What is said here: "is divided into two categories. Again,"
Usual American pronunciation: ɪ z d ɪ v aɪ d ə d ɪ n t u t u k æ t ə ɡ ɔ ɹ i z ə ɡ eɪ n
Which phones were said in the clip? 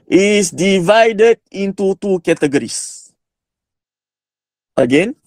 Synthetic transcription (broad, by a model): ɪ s d ɪ v aɪ d ə d ɪ n t u t u k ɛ t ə ɡ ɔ ɹ i s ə ɡ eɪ n